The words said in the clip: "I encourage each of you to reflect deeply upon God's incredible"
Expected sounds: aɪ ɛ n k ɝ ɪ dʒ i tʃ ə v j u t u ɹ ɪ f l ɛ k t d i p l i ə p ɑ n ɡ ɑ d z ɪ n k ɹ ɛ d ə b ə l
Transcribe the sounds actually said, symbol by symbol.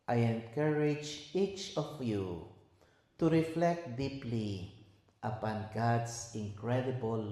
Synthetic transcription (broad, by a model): aɪ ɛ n k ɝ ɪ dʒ i tʃ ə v j u t u ɹ ɪ f l ɛ k t d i p l i ə p ɑ n ɡ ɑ d s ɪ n k ɹ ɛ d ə b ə l